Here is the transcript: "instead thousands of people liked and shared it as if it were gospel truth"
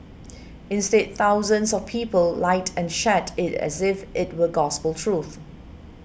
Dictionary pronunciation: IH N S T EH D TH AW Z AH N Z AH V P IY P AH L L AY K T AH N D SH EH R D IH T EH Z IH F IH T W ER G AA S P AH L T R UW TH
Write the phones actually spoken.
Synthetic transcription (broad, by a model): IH N S T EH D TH AW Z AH N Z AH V P IY P AH L L AY T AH N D SH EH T IH T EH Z IH F IH T W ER G AA S P AH L T R UW TH